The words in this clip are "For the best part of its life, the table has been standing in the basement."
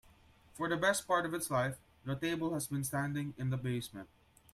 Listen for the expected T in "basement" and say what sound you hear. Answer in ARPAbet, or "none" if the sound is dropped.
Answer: none